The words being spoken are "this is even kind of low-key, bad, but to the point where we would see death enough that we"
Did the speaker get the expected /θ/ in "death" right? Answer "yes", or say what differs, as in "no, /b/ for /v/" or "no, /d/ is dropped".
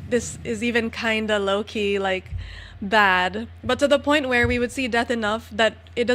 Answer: yes